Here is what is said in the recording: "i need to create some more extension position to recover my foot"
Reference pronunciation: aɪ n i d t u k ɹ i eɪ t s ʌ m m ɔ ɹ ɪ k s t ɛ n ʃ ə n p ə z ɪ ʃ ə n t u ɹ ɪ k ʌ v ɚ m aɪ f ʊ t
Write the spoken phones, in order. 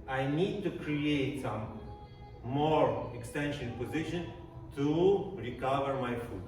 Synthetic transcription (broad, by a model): aɪ n i d t u k ɹ i eɪ t s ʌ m m ɔ ɹ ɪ k s t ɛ n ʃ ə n p ə z ɪ ʃ ə n t u ɹ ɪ k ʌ v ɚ m aɪ f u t